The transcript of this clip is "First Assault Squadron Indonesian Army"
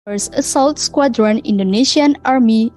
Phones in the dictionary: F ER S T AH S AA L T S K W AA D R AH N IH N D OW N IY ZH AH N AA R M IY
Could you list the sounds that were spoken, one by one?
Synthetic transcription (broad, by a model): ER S AH S AA L T S K W AA D R AH N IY N D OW N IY SH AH N AA R M IY